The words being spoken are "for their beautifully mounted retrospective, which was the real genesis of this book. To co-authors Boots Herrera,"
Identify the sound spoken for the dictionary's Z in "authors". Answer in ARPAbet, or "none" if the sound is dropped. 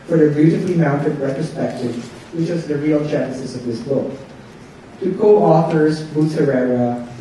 Z